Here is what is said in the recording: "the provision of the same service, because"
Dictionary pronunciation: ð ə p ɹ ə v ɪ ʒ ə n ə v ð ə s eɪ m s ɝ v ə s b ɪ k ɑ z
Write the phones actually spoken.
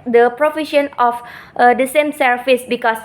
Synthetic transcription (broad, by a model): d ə p ɹ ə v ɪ ʃ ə n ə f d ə s eɪ m s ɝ f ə s b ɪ k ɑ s